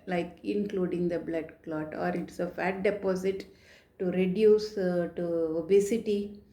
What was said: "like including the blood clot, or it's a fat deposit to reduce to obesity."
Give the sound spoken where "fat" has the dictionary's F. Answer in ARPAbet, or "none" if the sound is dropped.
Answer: F